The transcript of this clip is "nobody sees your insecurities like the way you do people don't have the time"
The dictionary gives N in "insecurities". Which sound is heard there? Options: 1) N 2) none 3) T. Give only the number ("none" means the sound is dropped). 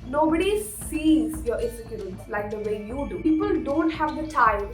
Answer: 2